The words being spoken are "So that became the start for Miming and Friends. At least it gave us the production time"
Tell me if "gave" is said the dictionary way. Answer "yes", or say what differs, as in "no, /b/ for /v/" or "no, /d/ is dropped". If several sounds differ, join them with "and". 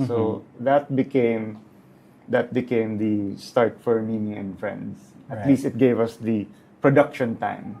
yes